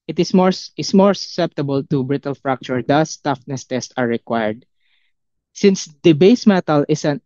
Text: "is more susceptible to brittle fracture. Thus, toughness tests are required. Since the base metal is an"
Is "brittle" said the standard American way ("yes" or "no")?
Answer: yes